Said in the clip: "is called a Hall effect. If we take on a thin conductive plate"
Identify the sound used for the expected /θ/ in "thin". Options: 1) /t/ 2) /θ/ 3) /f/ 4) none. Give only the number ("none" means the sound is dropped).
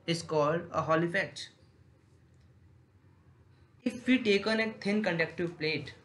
1